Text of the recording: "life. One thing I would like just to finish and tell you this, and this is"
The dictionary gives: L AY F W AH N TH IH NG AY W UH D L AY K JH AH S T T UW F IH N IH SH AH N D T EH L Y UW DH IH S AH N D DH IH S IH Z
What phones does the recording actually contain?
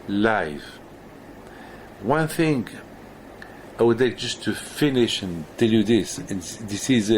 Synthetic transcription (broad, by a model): L AY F W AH N TH IH NG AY W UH D L AY K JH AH S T T UW F IH N IH SH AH N T EH L Y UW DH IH S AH N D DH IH S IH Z